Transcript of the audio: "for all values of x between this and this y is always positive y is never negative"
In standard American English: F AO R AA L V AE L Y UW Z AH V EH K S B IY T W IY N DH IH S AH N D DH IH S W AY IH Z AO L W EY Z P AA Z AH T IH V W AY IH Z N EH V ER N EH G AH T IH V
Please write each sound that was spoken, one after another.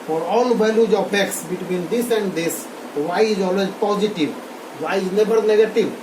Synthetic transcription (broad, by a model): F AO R AA L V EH L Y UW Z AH P EH K S B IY T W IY N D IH S AH N D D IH S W AY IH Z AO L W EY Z P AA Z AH T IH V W AY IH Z N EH B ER N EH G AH T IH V